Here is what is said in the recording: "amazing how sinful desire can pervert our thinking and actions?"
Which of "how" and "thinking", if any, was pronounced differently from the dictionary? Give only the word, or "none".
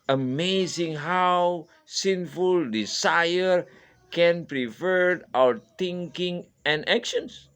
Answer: thinking